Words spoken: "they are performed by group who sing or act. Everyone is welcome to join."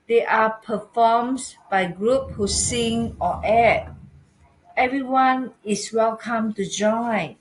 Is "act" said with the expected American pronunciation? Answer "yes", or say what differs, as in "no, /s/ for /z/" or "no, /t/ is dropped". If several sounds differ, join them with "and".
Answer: no, /k/ is dropped